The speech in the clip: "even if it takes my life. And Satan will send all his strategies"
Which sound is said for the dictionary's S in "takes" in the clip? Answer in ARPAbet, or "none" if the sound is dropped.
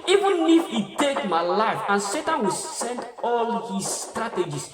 none